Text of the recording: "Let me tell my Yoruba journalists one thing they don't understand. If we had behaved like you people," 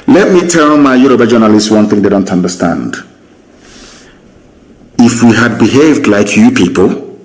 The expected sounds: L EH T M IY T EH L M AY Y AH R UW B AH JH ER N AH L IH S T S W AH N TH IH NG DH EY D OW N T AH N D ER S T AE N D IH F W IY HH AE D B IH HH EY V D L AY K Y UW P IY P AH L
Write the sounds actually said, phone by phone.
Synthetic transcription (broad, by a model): L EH T M IY T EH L M AY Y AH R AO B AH JH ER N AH L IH S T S W AH N TH IH NG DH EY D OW N T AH N D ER S T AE N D IH F W IY HH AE D B IH HH EY V D L AY K Y UW P IY P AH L